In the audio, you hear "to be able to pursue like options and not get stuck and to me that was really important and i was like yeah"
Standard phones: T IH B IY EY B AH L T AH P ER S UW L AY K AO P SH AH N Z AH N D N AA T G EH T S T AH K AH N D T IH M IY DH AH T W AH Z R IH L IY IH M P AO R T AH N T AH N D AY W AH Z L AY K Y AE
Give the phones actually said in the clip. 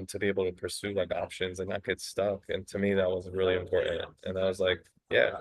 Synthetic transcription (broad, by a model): T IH B IY EY B L T AH P ER S UW L AY K AO P SH AH N Z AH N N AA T G EH T S T AH K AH N T IH M IY DH AH T W AH Z R IH L IY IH M P AO R T N T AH N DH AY W AH Z L AY K Y AE